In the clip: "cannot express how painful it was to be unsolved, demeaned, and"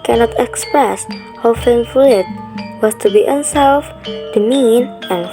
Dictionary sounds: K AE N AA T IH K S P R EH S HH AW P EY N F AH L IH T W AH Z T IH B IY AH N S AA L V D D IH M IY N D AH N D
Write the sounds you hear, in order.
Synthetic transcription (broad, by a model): K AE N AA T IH K S P R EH S HH AW F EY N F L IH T W AH Z T IH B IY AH N S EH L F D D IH M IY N AH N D